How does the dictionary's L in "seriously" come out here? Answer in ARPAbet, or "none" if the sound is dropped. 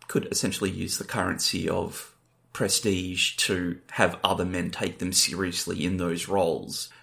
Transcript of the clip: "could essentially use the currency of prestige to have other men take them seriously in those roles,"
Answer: L